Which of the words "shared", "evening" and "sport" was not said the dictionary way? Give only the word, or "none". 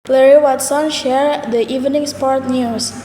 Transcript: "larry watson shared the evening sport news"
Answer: none